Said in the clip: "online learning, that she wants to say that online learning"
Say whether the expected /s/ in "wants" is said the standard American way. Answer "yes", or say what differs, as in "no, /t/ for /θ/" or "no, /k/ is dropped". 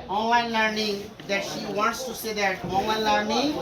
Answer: yes